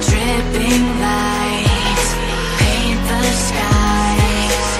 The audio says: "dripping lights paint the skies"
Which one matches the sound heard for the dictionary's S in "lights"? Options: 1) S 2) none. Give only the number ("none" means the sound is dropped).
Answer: 2